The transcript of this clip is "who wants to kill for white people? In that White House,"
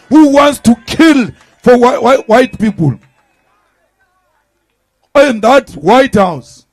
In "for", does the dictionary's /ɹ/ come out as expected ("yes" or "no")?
no